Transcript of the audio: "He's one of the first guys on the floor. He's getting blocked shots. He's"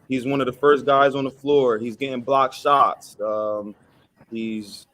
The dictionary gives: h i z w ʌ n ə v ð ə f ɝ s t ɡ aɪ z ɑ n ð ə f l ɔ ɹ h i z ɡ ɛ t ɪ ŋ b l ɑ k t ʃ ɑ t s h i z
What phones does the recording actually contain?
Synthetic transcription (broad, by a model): h i z w ʌ n ə v ð ə f ɝ s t ɡ aɪ z n ð ə f l ɔ ɹ h i z ɡ ɛ t ɪ ŋ b l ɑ k ʃ ɑ t s h i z